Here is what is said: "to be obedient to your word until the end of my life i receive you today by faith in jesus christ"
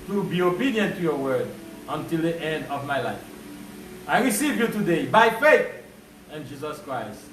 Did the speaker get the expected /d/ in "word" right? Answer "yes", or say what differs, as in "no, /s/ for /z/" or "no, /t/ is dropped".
yes